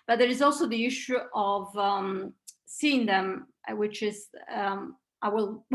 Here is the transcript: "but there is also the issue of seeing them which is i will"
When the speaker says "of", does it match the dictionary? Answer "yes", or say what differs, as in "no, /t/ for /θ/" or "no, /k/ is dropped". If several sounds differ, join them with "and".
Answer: yes